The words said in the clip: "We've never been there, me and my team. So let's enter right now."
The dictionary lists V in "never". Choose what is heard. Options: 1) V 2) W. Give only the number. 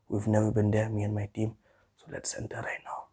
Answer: 2